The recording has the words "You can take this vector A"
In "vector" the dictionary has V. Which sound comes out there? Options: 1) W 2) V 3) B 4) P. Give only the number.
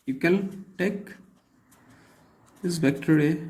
3